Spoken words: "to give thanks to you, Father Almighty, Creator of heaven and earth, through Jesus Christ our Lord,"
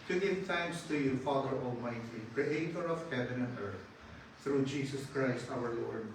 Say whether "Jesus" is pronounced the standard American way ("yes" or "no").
no